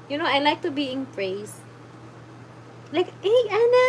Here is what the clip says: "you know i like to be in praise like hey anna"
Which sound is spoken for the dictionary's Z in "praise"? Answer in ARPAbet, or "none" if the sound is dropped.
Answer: S